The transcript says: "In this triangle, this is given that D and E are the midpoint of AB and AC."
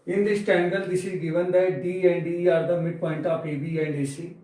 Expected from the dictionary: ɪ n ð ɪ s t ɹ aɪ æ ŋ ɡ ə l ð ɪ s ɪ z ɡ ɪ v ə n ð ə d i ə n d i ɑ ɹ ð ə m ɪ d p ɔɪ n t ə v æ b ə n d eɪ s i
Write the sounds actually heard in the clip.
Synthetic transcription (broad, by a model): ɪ n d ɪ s t ɛ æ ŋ ɡ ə l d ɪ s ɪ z ɡ ɪ v ə n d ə d i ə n d i ɑ ɹ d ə m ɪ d p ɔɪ n t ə p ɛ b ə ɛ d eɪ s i